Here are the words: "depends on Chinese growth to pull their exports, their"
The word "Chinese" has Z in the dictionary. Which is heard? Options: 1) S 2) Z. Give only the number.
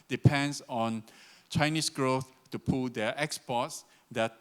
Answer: 1